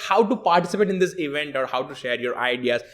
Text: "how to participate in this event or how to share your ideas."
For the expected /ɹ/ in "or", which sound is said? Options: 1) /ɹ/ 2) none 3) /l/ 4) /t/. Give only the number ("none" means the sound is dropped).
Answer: 1